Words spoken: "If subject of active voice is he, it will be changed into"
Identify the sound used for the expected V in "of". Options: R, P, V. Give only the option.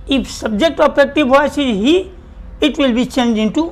P